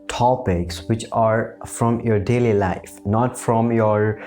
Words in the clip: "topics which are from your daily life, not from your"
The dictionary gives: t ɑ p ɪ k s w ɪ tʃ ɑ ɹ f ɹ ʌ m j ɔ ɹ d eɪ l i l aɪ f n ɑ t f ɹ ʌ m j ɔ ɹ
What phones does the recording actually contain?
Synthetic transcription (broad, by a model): t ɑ p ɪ k s w ɪ tʃ ɑ ɹ f ɹ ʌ m j ɔ ɹ d eɪ l i l aɪ f n ɑ t f ɹ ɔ m j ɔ ɹ